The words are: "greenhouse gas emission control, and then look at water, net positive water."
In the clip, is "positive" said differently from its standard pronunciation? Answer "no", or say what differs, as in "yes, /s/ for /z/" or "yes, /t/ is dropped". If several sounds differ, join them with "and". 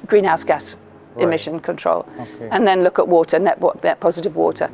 no